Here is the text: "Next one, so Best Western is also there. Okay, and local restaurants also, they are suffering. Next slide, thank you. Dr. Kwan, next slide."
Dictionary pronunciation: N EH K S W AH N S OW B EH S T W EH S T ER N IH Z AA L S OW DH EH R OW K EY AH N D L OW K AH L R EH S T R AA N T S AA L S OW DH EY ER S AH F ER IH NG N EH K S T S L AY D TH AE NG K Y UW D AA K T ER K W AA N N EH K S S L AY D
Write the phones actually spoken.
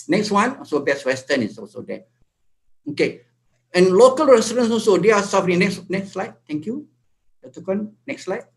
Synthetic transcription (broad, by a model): N EH K S W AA N S OW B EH S W EH S T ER N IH S AA L S OW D EH OW K EY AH N L OW K AH L R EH S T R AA N S AA L S OW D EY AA S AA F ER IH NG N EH K S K S L AY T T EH NG K Y UW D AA T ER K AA N N EH K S S L AY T